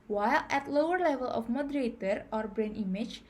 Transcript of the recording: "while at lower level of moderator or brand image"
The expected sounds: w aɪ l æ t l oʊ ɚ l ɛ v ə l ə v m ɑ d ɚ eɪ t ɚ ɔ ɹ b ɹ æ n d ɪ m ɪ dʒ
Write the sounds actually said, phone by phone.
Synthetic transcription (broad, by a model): w aɪ l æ t l oʊ ɚ l ɛ v ə l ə f m ɑ d ɚ eɪ t ɚ ɔ ɹ b ɹ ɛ n ɪ m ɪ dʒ